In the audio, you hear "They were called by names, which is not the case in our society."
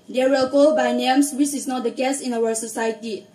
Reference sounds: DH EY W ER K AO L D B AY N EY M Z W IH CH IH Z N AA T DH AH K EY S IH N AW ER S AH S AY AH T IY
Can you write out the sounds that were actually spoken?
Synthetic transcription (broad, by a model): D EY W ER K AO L B AY N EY M S W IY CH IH S N AA T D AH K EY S IH N AW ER S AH S AY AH T IY